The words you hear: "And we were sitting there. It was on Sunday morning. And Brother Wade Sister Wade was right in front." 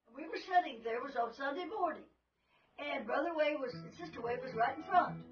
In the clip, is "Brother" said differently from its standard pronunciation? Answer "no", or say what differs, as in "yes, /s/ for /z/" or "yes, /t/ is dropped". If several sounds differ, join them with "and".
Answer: no